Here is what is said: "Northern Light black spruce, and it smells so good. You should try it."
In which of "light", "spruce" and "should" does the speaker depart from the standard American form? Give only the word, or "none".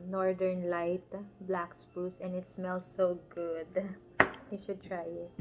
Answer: spruce